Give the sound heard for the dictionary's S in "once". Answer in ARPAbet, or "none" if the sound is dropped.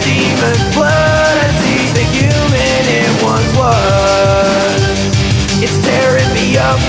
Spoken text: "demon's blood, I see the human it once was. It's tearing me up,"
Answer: none